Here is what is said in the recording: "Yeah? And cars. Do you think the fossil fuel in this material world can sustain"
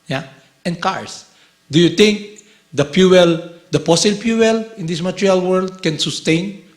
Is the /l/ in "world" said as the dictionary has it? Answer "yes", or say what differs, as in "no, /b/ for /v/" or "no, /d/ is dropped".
yes